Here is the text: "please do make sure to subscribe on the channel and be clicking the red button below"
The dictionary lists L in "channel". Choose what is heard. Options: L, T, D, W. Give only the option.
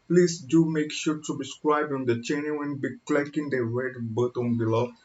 W